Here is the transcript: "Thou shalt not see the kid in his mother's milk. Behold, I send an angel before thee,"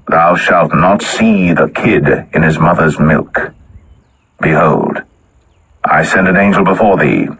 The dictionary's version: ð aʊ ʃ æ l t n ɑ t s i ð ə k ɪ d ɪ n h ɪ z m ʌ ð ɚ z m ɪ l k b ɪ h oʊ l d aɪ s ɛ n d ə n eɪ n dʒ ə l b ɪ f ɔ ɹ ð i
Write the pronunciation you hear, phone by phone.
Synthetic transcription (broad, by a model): ð aʊ ʃ æ l t n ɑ t s i ð ə k ɪ d ɪ n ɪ z m ʌ ð ɚ z m ɪ l k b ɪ h oʊ l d aɪ s ɛ n d ə n eɪ n dʒ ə l b ɪ f ɔ ɹ ð i